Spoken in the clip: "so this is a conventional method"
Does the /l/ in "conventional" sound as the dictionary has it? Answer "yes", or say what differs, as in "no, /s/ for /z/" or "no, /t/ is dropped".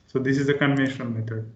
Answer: no, /n/ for /l/